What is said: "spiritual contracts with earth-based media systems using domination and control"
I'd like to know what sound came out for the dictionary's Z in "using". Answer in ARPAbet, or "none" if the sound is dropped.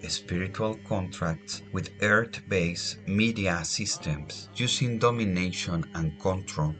S